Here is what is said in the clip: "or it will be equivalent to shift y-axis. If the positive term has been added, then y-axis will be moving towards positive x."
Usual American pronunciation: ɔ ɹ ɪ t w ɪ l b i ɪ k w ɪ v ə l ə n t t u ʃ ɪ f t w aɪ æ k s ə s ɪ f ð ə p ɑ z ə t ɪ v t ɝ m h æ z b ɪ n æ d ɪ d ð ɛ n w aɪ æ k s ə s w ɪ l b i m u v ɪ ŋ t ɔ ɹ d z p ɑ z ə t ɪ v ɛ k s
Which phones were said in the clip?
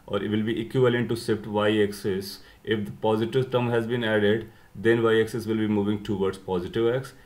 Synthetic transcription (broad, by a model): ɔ ɹ ɪ t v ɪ l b i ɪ k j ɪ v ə l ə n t t u s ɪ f t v aɪ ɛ k s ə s ɪ f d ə p ɑ z ə t ɪ v t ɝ m h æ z b ɪ n æ d ɪ d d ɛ n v aɪ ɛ k s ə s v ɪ l b i m u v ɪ ŋ t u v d s p ɑ z ə t ɪ v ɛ k s